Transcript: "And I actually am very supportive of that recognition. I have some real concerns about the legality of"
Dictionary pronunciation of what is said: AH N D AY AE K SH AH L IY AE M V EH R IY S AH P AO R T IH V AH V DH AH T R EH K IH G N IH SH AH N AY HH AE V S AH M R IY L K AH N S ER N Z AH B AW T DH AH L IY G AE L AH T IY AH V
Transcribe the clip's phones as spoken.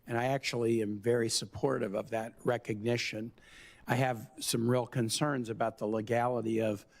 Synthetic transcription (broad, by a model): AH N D AY AE K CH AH L IY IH M V EH R IY S AH P AO R T IH V AH V DH AH T R EH K IH G N IH SH AH N AY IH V S AH M R IY L K AH N S ER N Z AH B AW T DH AH L IY G AE L AH T IY AH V